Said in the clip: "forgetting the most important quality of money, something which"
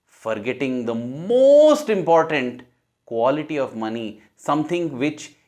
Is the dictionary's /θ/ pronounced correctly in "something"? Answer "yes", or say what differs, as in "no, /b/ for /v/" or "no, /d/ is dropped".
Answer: no, /t/ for /θ/